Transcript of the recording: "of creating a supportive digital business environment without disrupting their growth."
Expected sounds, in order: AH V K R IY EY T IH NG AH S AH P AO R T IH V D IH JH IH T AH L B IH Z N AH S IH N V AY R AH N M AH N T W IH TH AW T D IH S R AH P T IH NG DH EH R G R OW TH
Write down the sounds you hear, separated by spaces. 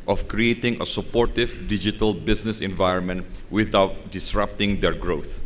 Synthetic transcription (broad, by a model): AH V K R IY EY T IH NG AH S AH P AO R T IH V D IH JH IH T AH L B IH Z N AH S IH N V AY R AH N M AH N T W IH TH AW T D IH S R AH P T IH NG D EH R G R OW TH